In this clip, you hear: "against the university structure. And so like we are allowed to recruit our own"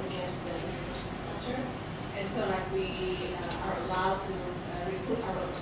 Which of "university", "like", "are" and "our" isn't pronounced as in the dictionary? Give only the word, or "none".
university